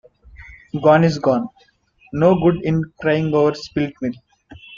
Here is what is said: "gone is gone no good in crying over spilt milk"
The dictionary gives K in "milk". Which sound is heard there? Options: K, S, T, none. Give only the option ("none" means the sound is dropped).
none